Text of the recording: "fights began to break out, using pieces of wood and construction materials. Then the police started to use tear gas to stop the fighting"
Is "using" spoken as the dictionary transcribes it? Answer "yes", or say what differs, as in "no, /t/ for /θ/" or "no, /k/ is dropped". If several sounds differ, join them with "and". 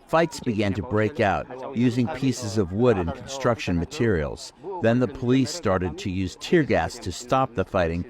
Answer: yes